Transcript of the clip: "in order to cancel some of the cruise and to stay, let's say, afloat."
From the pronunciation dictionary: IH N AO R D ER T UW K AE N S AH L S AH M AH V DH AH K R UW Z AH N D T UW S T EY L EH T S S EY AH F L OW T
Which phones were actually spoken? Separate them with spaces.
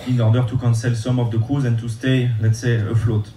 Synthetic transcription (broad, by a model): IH N AO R D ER T UW K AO N S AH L S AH M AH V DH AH K UW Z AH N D T UW S T EY L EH T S S EY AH F L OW T